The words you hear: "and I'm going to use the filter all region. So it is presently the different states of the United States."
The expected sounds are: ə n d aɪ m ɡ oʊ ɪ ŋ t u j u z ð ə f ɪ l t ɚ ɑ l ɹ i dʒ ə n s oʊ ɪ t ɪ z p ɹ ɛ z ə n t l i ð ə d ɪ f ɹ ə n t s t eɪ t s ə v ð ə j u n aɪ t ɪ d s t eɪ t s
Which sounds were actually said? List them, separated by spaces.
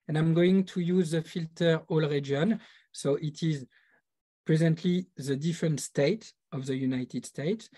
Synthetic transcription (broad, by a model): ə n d aɪ m ɡ oʊ ɪ ŋ t u j u z ð ə f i l t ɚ ɑ l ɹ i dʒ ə n s oʊ ɪ t ɪ z p ɹ ɛ z ə n t l i ð ə d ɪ f ɹ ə n t s t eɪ t ə v ð ə j u n aɪ t ɪ d s t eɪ t s